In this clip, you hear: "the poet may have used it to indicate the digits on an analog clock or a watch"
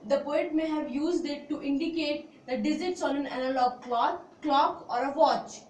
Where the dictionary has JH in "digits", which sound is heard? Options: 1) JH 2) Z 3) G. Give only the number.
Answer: 2